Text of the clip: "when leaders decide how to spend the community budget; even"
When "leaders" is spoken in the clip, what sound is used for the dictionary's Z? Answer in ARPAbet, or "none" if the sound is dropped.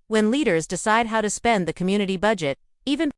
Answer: Z